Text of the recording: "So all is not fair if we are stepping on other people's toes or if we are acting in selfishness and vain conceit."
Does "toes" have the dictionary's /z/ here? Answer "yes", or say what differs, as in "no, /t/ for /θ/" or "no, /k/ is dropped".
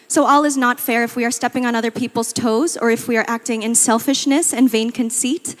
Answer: yes